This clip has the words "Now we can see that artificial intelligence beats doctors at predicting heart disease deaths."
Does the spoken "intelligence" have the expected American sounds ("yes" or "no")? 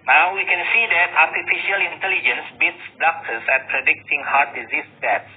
yes